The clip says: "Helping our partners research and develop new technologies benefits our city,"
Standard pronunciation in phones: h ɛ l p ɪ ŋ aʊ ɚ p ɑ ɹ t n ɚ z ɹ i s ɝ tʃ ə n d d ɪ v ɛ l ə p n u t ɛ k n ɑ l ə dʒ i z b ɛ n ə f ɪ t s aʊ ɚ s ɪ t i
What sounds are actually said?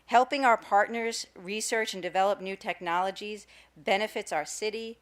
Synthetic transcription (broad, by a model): h ɛ l p ɪ ŋ aʊ ɚ p ɑ ɹ t n ɚ z ɹ i s ɝ tʃ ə n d d ɪ v ɛ l ə p n u t ɛ k n ɑ l ə dʒ i z b ɛ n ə f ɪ t s aʊ ɚ s ɪ t i